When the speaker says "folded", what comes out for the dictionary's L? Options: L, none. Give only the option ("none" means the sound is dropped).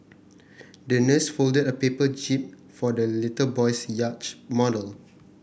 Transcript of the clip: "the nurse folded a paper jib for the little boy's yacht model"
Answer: L